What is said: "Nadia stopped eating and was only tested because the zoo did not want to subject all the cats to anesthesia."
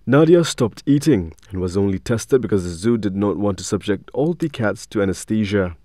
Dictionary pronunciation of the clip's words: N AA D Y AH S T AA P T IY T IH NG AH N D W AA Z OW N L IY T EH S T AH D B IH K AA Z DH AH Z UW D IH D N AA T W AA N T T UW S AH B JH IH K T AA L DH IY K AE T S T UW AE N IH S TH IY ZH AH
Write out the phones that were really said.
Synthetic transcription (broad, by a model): N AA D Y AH S T AA P T IY T IH NG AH N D W AA Z OW N L IY T EH S T AH D B IH K AA Z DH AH Z UW D IH D N AA T W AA N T T UW S AH B JH IH K T AA L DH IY K AE T S T UW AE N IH S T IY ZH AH